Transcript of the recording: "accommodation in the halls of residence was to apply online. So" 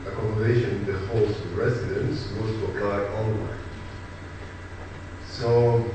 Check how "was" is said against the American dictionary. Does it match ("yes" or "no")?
no